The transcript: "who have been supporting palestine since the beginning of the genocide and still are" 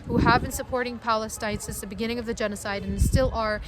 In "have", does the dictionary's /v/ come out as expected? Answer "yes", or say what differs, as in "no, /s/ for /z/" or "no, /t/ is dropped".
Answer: yes